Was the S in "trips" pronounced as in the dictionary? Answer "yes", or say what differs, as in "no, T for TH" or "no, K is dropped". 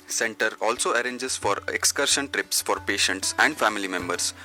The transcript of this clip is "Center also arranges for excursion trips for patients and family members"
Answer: yes